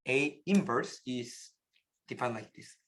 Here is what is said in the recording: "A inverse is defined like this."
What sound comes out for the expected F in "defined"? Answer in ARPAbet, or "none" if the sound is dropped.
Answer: P